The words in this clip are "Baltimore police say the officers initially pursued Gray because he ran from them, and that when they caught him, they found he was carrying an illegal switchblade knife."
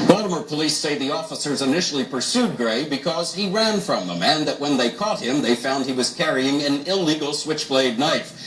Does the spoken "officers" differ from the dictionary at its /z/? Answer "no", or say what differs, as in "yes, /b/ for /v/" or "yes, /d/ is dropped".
no